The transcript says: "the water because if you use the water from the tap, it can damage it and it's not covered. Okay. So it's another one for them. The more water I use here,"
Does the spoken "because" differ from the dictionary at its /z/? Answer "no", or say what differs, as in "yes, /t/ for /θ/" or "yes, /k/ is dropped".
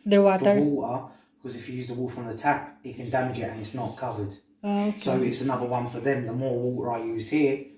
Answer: no